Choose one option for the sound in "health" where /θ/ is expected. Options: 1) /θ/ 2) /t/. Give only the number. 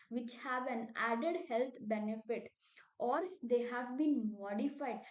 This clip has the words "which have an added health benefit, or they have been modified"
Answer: 2